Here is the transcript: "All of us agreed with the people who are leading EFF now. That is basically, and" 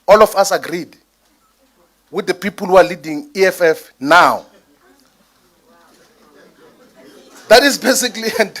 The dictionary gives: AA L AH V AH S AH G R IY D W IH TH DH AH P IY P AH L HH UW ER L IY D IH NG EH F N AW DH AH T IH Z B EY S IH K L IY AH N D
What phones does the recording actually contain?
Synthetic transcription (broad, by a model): AA L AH F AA S AH G R IY D W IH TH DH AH P IY P AH L HH UW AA L IY D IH NG EH F N AW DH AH T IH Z B EY S IH K L IY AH N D